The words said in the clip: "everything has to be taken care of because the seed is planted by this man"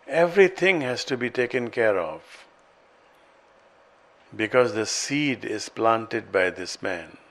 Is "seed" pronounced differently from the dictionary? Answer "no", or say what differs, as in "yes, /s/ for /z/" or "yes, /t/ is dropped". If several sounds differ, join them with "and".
no